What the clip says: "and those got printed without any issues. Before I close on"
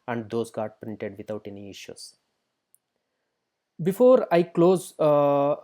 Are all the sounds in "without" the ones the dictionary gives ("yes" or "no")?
no